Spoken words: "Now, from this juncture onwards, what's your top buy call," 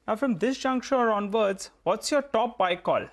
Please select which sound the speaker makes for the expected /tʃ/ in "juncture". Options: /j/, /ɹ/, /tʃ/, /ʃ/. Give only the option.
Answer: /ʃ/